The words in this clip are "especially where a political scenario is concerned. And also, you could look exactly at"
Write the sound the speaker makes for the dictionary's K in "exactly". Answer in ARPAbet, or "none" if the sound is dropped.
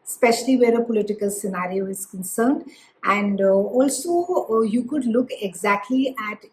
K